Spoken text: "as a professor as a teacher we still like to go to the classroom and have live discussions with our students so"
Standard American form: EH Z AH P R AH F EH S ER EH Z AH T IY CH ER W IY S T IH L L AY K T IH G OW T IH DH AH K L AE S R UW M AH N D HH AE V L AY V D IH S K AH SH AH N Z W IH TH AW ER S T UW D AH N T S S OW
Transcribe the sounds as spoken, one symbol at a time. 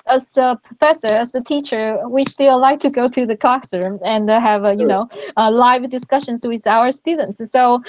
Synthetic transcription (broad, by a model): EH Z AH P R AH F EH S ER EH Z AH T IY CH ER W IY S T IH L L AY K T IH G OW T IH DH AH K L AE S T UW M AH N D HH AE V L AY V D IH S K AH SH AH N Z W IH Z AW ER S T UW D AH N T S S OW